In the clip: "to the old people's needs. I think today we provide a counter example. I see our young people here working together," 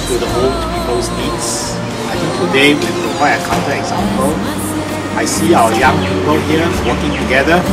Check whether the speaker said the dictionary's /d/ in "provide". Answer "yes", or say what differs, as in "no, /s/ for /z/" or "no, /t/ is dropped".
no, /d/ is dropped